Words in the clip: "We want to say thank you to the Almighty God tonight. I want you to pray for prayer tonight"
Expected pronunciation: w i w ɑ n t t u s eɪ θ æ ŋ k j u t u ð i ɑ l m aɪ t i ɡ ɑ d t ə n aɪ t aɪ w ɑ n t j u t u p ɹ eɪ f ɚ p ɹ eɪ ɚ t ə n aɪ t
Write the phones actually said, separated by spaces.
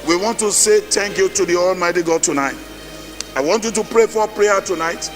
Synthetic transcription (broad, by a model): w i w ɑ n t t u s eɪ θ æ ŋ k j u t u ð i ɑ l m aɪ t i ɡ ɑ d t ə n aɪ t aɪ w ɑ n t j u t u p ɹ eɪ f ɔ p ɹ eɪ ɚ t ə n aɪ t